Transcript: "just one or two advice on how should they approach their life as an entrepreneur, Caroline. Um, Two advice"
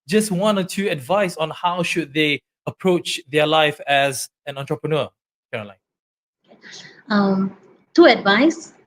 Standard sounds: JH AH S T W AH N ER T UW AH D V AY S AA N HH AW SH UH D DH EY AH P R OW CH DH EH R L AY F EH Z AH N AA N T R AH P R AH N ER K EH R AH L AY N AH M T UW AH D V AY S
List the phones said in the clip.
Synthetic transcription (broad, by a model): JH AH S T W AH N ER T UW AH D V AY S AA N HH AW SH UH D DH EY AH P R OW CH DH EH L AY F EH Z AH N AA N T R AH P R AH N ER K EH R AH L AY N AH M T UW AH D V AY S